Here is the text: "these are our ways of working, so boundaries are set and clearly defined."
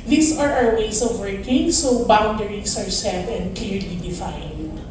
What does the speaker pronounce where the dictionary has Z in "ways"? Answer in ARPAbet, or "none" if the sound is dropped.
S